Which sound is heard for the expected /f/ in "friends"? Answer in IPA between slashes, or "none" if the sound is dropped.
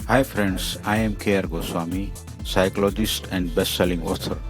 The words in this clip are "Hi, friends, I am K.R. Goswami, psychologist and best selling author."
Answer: /p/